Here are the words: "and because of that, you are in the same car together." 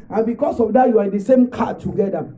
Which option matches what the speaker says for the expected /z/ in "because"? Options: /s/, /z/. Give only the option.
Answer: /s/